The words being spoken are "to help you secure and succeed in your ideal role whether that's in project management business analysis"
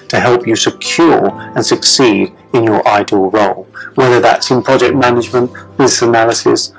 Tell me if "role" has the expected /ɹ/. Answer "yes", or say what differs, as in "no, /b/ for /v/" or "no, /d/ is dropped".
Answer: yes